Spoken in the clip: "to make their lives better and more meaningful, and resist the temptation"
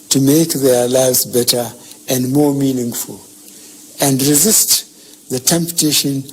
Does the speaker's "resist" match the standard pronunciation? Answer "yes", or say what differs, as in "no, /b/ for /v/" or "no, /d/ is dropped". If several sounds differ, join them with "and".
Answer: yes